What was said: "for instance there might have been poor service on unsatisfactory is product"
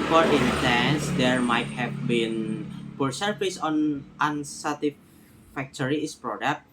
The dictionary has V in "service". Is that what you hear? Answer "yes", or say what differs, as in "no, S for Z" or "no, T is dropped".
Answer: no, F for V